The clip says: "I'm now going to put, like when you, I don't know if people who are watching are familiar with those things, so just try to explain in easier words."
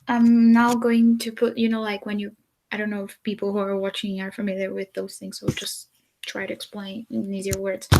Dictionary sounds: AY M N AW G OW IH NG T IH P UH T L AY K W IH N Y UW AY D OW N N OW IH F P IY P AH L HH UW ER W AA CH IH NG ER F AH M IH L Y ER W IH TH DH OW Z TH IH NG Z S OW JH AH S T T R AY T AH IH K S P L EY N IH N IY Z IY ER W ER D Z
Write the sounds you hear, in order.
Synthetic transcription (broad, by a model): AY M N AW G OW IH NG T IH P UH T L AY K W IH N Y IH AY D OW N N OW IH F P IY P L HH UW ER W AA CH IH NG ER F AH M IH L Y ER W IH DH OW Z TH IH NG Z S OW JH AH S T T R AY T IH K S P L EY N IH N IY Z IY ER W ER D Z